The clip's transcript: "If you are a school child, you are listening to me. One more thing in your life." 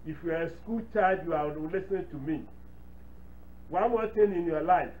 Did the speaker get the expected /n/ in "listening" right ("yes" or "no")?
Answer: no